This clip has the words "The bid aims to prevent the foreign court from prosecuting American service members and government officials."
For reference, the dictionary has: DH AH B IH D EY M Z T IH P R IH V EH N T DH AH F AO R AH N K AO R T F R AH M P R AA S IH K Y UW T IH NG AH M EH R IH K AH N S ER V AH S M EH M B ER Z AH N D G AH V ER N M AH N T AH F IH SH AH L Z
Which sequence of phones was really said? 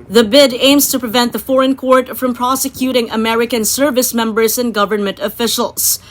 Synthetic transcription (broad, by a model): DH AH B IH D EY M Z T IH P R IH V EH N T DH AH F AO R AH N K AO R T F R AH M P R AA S IH K Y UW T IH NG AH M EH R IH K AH N S ER V AH S M EH M B ER Z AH N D G AH V ER N M AH N T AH F IH SH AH L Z